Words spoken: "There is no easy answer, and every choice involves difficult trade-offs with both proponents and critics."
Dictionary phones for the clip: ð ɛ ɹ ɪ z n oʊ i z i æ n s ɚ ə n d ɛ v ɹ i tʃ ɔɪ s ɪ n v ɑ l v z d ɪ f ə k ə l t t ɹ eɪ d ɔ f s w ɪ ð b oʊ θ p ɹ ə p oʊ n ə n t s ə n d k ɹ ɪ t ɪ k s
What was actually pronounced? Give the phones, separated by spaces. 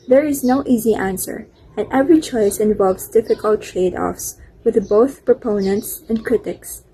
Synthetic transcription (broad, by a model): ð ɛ ɹ ɪ z n oʊ i z i æ n s ɚ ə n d ɛ v ɹ i tʃ ɔɪ s ɪ n v ɑ l v z d ɪ f ə k ə l t t ɹ eɪ d ɔ f s w ɪ ð b oʊ θ p ɹ ə p oʊ n ə n t s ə n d k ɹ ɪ t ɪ k s